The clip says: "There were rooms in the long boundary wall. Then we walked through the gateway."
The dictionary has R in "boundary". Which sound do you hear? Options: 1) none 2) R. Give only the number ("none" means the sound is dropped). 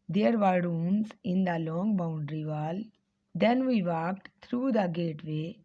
2